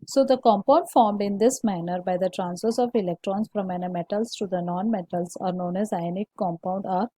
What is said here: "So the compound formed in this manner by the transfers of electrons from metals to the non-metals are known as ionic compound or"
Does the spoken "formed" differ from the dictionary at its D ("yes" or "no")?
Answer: no